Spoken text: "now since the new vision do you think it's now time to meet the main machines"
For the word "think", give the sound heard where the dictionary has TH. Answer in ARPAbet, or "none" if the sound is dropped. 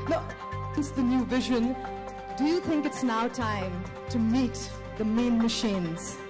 TH